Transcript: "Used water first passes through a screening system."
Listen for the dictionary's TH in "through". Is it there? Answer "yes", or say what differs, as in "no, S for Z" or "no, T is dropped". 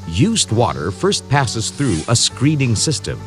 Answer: yes